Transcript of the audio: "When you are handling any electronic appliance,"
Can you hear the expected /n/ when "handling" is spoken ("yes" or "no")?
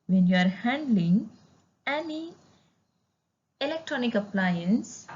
yes